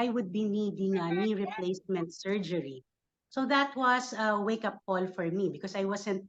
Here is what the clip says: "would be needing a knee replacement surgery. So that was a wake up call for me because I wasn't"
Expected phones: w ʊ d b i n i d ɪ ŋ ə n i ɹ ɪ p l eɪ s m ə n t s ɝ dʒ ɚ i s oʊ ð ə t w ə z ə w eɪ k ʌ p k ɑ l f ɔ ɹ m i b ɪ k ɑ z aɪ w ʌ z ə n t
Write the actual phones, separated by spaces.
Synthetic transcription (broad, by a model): w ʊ d b i n i d ɪ ŋ ə n i ɹ ɪ p l eɪ s m ə n t s ɝ dʒ ɚ i s oʊ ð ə t w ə s ə w eɪ k ʌ p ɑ l f ɔ ɹ m i b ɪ k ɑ s aɪ w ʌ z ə n t